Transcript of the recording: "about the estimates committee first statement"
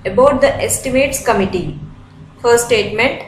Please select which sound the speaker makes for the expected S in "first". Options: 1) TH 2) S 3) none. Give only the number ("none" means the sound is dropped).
3